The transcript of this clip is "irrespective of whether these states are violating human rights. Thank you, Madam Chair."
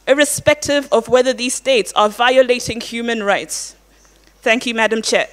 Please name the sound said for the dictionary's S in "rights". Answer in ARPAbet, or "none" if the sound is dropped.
S